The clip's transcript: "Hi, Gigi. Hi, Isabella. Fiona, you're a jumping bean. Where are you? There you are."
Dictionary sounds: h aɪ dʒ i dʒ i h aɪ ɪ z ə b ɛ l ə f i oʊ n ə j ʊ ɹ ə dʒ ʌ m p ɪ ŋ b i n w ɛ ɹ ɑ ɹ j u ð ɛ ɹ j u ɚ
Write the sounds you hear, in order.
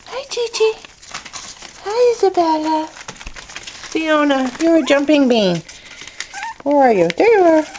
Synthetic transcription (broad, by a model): h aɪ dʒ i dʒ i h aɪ ɪ z ə b ɛ l ə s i oʊ n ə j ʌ ɹ ə dʒ ʌ m p ɪ ŋ b i n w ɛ ɹ ɑ ɹ j u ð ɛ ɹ j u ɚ